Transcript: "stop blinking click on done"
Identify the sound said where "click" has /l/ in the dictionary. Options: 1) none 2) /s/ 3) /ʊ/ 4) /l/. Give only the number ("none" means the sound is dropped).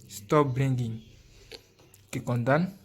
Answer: 1